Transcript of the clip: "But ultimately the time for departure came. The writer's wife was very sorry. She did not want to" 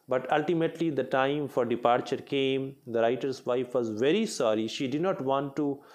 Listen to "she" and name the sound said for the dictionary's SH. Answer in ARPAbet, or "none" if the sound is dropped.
SH